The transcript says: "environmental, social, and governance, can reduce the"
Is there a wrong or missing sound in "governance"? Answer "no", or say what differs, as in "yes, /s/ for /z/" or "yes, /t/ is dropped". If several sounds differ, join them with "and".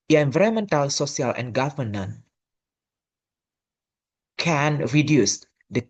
yes, /s/ is dropped